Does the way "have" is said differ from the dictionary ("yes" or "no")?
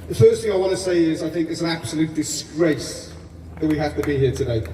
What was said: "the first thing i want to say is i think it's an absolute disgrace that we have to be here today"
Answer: yes